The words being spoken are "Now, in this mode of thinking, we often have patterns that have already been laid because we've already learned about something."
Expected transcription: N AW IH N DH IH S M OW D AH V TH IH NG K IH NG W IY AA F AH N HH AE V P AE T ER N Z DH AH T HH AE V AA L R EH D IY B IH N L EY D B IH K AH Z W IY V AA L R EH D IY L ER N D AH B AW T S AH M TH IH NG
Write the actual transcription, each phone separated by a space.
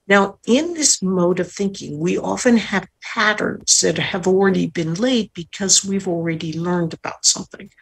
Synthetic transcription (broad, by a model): N AW IH N DH IH S M OW D AH V TH IH NG K IH NG W IY AA F AH N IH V P AE T ER N Z DH AH T HH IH V L R EH D IY B IH N L EY D B IH K AH Z W IY V L R EH D IY L ER N D AH B AW T S AH M TH IH NG